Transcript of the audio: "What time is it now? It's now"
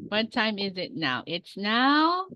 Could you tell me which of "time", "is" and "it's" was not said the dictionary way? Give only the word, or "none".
none